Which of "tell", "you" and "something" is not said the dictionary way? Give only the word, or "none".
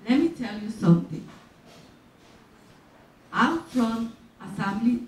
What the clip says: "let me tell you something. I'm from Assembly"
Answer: something